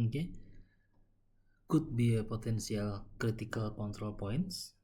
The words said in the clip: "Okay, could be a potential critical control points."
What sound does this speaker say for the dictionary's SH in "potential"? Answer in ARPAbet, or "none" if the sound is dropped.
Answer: S